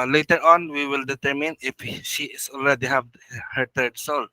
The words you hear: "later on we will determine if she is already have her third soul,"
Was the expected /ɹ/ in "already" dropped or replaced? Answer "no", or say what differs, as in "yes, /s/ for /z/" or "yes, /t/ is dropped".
yes, /l/ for /ɹ/